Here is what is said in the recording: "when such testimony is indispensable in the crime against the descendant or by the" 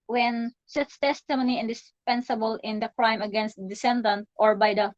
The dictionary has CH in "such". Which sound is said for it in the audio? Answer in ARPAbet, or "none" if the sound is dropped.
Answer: S